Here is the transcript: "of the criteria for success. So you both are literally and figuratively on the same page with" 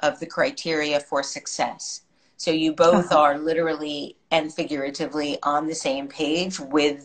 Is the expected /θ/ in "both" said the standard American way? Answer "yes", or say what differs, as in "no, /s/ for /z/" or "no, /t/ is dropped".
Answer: yes